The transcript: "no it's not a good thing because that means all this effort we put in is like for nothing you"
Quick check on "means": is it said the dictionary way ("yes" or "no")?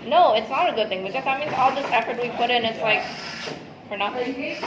no